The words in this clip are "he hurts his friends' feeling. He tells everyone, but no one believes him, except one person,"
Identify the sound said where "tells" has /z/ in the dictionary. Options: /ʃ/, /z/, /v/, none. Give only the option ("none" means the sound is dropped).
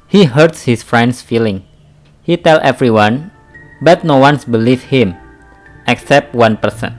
none